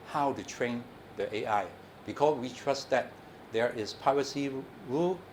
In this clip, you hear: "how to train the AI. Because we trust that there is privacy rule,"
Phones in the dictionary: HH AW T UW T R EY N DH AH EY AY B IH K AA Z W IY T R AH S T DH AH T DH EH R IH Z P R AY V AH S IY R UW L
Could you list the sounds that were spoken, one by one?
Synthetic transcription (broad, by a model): HH AW T UW T R EY N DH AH EY AY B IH K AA S W IY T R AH S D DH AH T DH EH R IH S P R AY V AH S IY R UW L